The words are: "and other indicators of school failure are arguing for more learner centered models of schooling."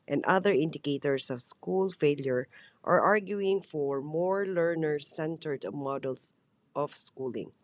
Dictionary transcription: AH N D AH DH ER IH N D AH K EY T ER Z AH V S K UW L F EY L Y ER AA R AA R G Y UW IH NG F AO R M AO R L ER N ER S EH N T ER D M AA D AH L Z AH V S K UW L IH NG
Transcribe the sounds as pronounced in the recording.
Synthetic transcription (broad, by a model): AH N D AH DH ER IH N D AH K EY T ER S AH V S K UW L F EY L Y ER AA R AA R G Y UW IH NG F AO R M AO R L ER N ER S EH N T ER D M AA D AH L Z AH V S K UW L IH NG